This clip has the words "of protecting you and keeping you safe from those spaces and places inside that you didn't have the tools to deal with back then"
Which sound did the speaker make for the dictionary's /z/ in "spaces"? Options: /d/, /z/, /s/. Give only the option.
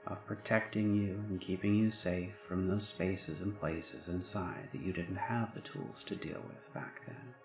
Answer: /z/